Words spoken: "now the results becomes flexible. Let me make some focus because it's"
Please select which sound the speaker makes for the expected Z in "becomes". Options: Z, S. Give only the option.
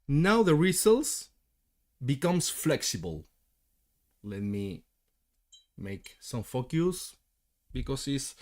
S